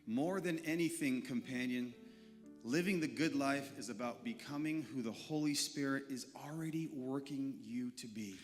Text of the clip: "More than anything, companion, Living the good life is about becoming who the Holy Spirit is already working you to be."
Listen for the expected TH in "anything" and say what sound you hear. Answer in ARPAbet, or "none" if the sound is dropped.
TH